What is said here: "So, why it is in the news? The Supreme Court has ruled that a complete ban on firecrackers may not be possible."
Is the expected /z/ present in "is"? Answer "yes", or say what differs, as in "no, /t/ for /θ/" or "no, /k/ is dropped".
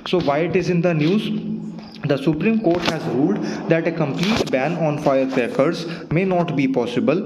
yes